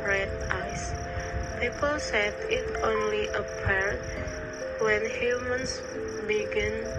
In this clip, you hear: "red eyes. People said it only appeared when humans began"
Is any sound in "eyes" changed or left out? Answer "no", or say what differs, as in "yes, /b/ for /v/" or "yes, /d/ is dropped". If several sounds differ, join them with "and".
yes, /s/ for /z/